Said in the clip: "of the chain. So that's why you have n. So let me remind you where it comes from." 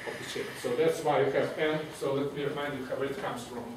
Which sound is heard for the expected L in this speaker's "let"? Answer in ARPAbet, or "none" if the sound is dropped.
L